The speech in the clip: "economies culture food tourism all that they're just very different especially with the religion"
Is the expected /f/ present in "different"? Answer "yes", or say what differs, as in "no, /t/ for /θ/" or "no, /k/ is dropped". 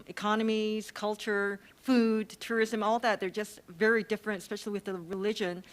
yes